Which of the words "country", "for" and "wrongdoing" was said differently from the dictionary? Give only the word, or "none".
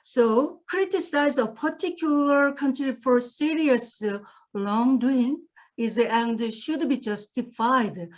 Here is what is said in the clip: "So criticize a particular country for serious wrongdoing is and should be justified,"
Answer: wrongdoing